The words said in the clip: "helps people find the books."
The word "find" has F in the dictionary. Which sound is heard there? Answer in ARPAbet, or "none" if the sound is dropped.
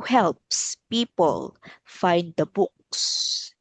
F